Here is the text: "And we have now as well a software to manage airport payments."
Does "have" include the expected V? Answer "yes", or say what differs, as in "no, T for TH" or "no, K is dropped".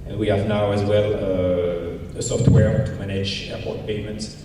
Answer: yes